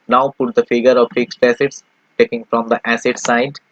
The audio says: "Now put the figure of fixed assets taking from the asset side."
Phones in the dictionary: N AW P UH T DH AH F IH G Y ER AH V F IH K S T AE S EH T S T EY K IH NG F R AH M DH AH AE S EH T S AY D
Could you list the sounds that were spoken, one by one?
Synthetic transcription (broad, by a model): N AW P UH T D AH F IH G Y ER AH V F IH K S T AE S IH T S T EY K IH NG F R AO M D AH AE S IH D S AY D